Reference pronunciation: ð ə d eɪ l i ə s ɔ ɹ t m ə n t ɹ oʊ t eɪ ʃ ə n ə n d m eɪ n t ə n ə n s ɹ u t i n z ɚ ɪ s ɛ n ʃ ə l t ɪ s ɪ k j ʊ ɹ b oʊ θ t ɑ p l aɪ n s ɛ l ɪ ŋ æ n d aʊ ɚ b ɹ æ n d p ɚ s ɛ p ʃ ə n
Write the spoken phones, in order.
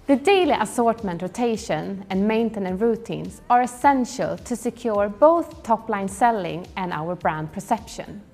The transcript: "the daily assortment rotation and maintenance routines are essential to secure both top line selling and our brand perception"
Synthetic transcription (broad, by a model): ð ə d eɪ l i ə s ɔ ɹ t m ə n t ɹ oʊ t eɪ ʃ ə n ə n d m eɪ n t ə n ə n ɹ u t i n s ɚ ɪ s ɛ n ʃ ə l t ɪ s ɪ k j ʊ ɹ b oʊ θ t ɑ p l aɪ n s ɛ l ɪ ŋ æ n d aʊ ɚ b ɹ æ n d p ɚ s ɛ p ʃ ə n